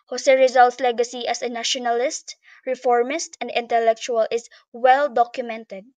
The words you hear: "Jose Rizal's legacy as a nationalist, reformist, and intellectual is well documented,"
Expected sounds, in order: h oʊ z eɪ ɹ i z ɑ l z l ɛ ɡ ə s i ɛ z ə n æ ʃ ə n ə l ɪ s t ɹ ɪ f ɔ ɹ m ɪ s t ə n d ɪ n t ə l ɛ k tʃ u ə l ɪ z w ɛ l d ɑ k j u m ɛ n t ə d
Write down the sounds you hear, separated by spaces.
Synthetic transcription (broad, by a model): h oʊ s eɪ ɹ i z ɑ l s l ɛ ɡ ə s i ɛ s ə n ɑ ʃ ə n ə l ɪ s t ɹ ɪ f ɔ ɹ m ɪ s t ə n d ɪ n t ə l ɛ k tʃ u ə l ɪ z w ɛ l d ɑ k j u m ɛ n t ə d